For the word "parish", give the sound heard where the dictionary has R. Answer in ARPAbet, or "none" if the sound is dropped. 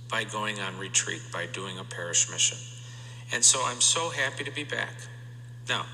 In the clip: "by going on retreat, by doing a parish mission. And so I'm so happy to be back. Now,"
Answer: R